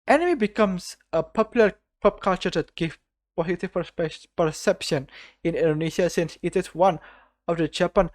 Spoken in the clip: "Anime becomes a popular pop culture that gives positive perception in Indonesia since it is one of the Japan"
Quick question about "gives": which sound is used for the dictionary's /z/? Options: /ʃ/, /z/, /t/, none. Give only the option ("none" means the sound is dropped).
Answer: none